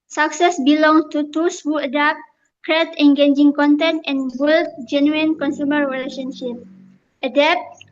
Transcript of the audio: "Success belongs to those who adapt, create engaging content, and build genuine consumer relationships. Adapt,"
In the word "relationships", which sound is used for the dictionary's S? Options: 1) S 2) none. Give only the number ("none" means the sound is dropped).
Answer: 2